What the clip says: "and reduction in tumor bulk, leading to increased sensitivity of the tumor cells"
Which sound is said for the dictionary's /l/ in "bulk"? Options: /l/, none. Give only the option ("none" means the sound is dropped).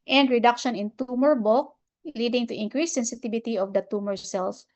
none